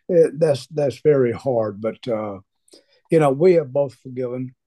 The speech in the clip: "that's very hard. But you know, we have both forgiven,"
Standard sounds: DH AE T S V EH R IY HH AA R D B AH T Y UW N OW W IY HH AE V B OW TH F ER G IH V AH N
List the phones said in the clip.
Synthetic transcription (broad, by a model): DH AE T S V EH R IY HH AA R D B AH T Y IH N OW W IY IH V B OW TH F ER G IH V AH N